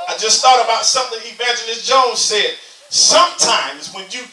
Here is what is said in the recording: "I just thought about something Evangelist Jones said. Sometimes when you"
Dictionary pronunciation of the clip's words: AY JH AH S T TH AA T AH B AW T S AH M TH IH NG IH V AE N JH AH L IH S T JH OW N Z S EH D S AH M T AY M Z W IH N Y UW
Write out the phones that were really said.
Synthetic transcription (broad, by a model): AY JH AH S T TH AA T AH B AW T S AH M TH IH NG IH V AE N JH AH N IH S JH OW N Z S EH D S AH M T AY M Z W IH N Y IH